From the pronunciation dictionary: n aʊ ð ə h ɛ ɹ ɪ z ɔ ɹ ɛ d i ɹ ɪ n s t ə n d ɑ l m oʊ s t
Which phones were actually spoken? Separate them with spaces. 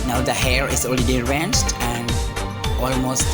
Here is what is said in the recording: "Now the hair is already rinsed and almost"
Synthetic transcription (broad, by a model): n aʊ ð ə h ɛ ɹ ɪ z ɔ l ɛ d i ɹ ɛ n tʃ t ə n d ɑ l m oʊ s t